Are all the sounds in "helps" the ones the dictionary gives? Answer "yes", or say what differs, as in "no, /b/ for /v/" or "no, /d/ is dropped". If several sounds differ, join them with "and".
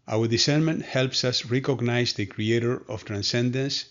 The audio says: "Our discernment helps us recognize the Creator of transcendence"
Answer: yes